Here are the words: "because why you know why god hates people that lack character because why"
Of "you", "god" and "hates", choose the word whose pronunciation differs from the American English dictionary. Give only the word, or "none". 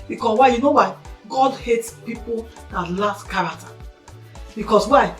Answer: none